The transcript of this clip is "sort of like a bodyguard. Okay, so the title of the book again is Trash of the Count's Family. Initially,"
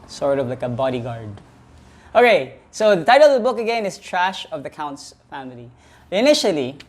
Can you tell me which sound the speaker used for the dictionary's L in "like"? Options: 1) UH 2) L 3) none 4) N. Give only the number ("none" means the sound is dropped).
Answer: 2